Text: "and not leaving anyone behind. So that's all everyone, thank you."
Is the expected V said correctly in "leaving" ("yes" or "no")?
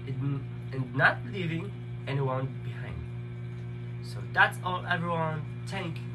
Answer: yes